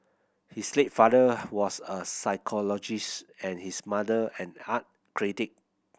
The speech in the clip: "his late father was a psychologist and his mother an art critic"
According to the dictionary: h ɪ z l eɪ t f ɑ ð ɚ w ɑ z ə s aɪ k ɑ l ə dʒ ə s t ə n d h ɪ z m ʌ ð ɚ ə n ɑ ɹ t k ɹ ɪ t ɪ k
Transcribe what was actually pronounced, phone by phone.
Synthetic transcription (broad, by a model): h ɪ s l eɪ t f ɑ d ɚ w ɑ s ə s aɪ k ɑ l ə dʒ ə s t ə n h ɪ s m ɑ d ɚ ə n ɑ t k ɹ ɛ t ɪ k